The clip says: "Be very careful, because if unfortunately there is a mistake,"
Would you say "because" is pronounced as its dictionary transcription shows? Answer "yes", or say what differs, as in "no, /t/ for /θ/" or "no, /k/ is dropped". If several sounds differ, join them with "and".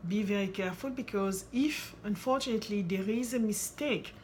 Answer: yes